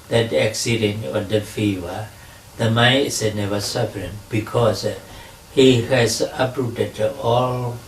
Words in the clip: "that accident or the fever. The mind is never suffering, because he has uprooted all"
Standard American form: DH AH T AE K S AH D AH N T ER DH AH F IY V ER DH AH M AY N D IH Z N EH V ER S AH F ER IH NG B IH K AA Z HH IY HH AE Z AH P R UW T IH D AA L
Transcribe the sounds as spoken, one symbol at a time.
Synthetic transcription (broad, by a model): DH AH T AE K S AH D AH N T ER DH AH F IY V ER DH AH M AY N IH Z N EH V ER S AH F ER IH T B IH K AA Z HH IY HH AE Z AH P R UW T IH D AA L